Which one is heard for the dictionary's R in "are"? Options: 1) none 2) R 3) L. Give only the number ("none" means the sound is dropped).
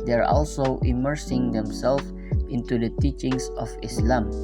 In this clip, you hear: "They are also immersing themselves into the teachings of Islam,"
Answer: 2